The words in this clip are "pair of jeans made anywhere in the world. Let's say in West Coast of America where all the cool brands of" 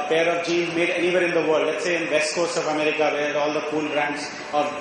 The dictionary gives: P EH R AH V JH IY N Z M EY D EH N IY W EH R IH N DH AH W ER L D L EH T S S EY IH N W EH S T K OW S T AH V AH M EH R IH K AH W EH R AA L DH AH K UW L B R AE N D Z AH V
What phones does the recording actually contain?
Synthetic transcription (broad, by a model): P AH R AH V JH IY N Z M EY D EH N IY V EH R IH N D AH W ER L D L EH T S S EY IH N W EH S T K OW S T AH V AH M EH R IH K AH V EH L AA L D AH K UW L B R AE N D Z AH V